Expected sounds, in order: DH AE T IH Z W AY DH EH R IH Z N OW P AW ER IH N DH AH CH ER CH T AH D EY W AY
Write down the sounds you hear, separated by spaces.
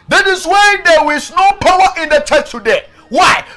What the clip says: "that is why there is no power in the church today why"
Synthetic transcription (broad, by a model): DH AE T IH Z W AY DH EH W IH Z N OW P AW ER IH N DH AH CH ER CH T AH D EY W AY